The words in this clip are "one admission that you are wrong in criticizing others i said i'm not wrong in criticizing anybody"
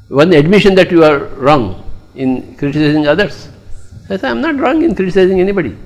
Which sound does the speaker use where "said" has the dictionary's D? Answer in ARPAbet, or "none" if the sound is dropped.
none